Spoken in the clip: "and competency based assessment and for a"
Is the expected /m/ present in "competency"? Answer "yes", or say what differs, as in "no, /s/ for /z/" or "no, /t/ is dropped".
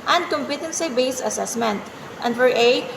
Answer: yes